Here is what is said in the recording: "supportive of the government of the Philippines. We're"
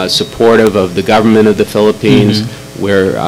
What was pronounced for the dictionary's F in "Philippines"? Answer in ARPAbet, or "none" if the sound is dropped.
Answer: F